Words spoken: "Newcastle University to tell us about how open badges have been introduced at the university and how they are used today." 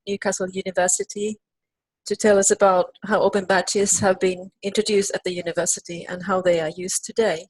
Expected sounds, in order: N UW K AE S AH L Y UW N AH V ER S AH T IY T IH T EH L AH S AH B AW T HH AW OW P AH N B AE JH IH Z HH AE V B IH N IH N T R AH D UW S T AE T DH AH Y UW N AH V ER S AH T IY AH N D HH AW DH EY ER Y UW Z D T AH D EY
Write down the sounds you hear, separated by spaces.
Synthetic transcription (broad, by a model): N UW K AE S L Y UW N AH V ER S AH T IY T IH T EH L AH S AH B AW T HH AW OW B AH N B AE CH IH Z HH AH V B IH N IH N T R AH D UW S T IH T DH AH Y UW N AH V ER S AH T IY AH N HH AW DH EY ER Y UW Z T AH D EY